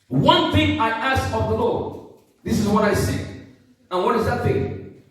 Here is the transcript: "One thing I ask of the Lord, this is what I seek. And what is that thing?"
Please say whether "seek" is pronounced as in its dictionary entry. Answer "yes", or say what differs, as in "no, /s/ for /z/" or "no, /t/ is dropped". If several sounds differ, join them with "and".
no, /k/ is dropped